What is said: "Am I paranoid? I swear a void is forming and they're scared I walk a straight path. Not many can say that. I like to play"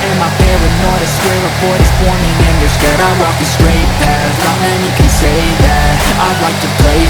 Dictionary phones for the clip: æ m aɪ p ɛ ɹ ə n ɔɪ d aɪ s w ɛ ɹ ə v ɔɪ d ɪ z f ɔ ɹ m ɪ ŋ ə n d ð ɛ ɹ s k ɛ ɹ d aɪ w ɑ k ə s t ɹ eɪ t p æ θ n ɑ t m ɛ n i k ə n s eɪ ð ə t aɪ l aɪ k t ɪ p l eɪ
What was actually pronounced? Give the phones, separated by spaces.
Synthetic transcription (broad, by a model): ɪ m aɪ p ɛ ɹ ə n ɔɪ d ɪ s w ɛ ɹ ə p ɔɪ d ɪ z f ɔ ɹ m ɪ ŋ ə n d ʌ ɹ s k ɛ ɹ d aɪ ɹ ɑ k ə s t ɹ eɪ t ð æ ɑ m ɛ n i k ə n s eɪ ð ə t aɪ l aɪ k t ɪ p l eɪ